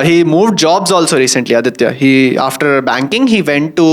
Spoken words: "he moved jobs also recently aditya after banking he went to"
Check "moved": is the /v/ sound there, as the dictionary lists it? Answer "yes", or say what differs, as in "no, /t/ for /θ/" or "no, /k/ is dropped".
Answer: yes